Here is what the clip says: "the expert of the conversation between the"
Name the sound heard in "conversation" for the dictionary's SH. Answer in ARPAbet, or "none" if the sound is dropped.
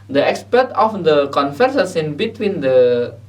S